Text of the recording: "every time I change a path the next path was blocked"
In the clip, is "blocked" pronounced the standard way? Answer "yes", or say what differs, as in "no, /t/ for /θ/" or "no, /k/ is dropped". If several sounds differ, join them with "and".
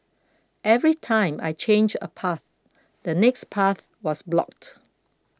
yes